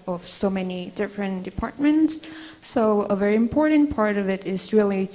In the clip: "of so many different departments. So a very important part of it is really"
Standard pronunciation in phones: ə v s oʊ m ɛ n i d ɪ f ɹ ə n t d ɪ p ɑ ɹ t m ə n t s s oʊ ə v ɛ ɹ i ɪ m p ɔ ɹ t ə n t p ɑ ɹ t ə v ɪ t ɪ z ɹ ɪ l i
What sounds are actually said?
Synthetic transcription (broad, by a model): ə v s oʊ m ɛ n i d ɪ f ɹ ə n d ɪ p ɑ ɹ t m ə n t s s oʊ ə v ɛ ɹ i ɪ m p ɔ ɹ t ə n p ɑ ɹ t ə v ɪ t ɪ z ɹ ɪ l i